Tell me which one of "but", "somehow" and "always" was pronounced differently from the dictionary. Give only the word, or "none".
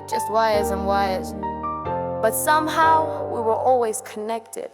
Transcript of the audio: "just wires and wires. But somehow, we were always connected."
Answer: none